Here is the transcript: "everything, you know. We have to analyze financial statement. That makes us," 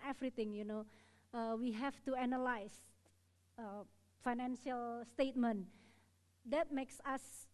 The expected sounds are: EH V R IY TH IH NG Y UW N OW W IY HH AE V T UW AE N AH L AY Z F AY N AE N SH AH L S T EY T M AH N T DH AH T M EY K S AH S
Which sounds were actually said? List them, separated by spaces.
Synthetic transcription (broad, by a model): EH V R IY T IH NG Y UW N OW W IY HH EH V T UW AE N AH L AY S F AY N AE N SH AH L S T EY T M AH N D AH T M EY K S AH S